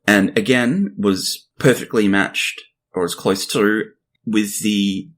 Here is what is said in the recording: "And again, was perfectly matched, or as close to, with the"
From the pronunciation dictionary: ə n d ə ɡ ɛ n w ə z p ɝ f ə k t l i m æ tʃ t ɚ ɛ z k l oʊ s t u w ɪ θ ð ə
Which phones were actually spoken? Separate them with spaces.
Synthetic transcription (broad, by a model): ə n ə ɡ ɛ n w ə z p ɝ f ə k t l i m æ tʃ t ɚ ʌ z k l oʊ s t u w ɪ ð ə